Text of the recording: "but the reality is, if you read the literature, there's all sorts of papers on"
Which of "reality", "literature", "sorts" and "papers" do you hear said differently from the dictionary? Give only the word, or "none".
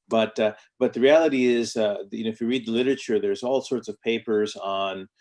none